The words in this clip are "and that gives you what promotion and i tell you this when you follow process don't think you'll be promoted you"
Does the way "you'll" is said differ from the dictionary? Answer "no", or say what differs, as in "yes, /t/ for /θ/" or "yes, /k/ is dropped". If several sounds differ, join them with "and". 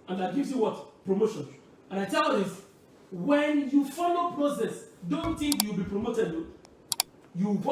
yes, /w/ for /l/